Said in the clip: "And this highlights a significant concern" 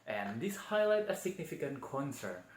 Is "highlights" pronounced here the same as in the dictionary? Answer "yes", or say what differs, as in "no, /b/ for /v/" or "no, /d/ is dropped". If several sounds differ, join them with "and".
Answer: no, /s/ is dropped